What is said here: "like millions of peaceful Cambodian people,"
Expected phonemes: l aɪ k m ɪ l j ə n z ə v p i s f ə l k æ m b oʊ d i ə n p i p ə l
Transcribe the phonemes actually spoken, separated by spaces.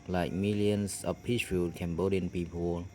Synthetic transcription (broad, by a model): l aɪ k m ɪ l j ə n s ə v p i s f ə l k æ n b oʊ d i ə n p i p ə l